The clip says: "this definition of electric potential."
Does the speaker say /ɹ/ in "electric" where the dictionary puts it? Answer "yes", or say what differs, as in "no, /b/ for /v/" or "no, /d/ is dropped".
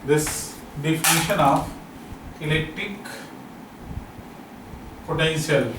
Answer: yes